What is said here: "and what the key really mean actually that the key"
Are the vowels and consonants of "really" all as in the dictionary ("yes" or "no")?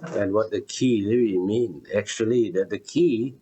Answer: no